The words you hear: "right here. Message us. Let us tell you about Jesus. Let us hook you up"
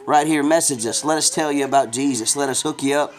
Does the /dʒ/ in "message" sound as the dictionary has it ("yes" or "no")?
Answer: yes